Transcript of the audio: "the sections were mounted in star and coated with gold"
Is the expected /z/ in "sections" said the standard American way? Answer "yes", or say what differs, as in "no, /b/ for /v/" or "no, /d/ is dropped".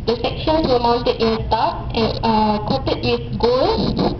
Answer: no, /s/ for /z/